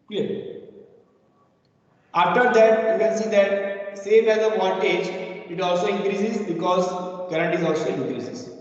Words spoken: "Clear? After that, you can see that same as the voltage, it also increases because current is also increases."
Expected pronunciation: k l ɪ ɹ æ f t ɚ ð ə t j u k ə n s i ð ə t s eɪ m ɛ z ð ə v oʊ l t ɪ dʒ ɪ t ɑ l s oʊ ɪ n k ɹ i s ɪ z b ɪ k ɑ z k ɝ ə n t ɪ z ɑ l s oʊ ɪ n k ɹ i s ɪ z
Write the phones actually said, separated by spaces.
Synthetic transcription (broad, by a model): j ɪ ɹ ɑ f t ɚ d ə t j u k ə n s i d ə t s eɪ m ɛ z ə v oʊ n t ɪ dʒ ɪ t ɑ l s oʊ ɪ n k ɹ i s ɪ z b ɪ k ɑ z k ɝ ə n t ɪ z ɑ l s oʊ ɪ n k ɹ i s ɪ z